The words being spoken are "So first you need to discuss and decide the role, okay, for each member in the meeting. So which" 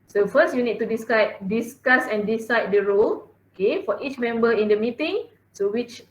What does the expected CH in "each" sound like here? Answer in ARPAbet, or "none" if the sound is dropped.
CH